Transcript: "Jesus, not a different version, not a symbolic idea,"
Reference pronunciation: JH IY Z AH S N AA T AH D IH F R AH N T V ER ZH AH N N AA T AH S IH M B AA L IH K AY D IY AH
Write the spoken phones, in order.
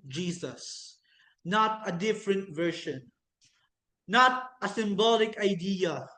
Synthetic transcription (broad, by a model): JH IY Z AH S N AA T AH D IH F R AH N T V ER SH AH N N AA T AH S IH M B AA L IH K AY D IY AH